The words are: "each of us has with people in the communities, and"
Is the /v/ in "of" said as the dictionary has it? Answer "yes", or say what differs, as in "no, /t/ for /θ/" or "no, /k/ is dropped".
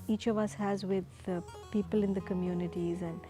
yes